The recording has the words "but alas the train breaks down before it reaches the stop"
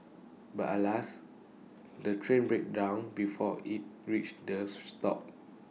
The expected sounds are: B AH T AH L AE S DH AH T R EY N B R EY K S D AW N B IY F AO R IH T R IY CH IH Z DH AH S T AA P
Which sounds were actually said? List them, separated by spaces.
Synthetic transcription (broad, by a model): B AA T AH L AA S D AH T R EY N B R EY K D AW N B IY F AO IH T R IY CH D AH S T AA P